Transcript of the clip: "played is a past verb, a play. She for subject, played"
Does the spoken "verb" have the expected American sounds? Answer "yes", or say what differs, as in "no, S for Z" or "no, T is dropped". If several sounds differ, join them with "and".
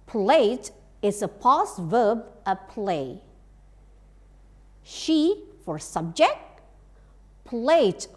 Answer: yes